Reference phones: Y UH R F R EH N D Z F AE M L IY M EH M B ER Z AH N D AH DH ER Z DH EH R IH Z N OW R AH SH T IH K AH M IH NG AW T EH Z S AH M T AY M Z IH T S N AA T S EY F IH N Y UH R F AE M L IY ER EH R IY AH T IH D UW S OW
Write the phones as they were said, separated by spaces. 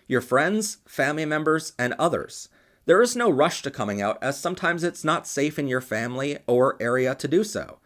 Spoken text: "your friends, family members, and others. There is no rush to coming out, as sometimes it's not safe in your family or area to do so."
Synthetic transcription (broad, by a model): Y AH R F R EH N D Z F AE M L IY M EH M B ER Z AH N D AH DH ER Z DH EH R IH Z N OW R AH SH T IH K AH M IH NG AW T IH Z S AH M T AY M Z IH T S N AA T S EY F IH N Y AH R F AE M L IY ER EH R IY AH T IH D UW S OW